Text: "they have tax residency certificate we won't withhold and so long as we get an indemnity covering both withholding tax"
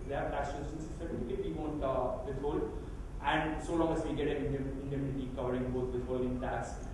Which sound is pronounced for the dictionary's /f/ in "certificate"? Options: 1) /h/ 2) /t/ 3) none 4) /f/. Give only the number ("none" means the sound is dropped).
3